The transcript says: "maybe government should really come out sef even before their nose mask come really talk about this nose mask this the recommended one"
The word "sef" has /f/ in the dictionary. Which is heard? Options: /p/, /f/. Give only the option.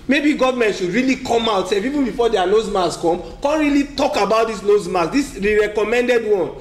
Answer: /p/